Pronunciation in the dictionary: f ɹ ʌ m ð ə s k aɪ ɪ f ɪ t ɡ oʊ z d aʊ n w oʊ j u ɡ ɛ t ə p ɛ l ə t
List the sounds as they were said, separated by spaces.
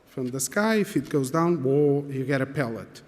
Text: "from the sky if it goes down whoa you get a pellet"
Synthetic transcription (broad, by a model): f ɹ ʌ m ð ə s k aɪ ɪ f ɪ t ɡ oʊ z d aʊ n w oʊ j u ɡ ɛ t ə p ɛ l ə t